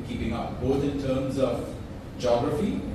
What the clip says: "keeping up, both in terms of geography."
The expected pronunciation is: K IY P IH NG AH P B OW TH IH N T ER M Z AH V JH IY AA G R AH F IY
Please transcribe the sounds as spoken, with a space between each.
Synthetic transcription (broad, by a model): K IY P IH NG AH P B OW T IH N T ER M Z AH V JH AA G R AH F IY